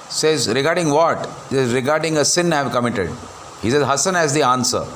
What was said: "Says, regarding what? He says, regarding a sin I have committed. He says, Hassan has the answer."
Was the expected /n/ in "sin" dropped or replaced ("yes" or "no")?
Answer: no